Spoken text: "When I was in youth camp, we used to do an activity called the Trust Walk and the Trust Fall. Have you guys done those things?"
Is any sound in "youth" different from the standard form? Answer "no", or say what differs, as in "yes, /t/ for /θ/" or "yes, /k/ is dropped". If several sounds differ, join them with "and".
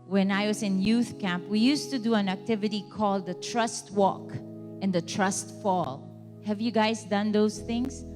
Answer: no